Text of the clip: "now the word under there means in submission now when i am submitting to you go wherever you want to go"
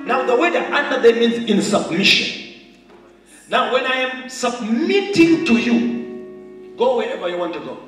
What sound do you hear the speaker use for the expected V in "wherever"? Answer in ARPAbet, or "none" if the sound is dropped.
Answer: V